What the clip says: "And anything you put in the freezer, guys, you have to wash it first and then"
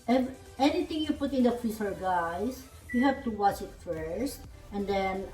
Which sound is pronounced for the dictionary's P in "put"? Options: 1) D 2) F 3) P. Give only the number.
3